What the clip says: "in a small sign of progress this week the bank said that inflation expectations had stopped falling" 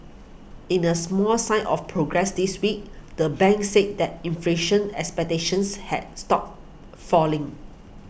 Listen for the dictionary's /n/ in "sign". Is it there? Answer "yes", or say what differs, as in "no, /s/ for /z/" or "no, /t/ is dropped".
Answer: no, /n/ is dropped